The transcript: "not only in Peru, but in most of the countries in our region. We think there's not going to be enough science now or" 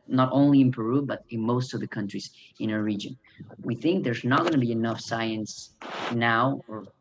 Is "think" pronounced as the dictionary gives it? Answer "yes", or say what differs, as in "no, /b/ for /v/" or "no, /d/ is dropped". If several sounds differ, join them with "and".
yes